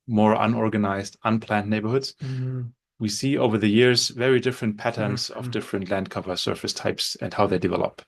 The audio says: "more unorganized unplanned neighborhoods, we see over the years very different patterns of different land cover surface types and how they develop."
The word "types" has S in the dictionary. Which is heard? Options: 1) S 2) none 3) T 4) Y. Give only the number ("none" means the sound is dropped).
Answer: 1